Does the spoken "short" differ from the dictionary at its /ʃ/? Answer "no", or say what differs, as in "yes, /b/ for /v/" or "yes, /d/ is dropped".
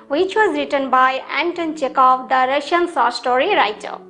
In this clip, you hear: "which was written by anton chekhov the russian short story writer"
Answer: yes, /s/ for /ʃ/